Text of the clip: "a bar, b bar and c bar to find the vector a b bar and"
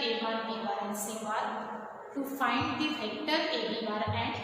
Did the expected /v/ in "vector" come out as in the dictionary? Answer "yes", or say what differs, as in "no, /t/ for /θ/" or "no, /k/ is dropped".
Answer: no, /f/ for /v/